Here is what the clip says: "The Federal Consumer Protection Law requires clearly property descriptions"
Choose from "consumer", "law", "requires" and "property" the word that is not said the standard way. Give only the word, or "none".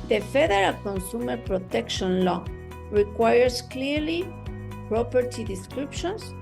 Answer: requires